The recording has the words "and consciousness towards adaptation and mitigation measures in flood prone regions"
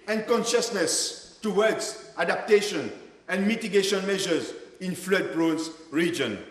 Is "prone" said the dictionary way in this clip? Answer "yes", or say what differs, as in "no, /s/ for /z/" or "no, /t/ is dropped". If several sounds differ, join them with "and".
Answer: no, /b/ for /p/